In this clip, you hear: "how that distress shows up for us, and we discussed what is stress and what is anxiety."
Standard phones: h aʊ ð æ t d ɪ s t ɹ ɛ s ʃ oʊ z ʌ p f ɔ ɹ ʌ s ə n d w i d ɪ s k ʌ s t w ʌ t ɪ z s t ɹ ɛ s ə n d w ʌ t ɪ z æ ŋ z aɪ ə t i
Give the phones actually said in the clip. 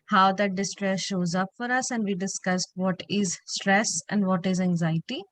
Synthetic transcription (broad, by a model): h aʊ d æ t d ɪ s t ɹ ɛ s ʃ oʊ z ʌ p f ɔ ɹ ʌ s ə n d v i d ɪ s k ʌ s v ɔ t ɪ z s t ɹ ɛ s ə n d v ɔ t ɪ z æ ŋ z aɪ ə t i